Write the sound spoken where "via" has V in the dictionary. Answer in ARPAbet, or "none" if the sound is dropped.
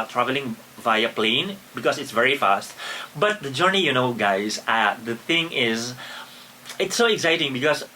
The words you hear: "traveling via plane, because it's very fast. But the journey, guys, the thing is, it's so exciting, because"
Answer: V